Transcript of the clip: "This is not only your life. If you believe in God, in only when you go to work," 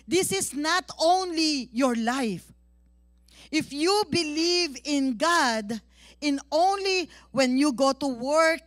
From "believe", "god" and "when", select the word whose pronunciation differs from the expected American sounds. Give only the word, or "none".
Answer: none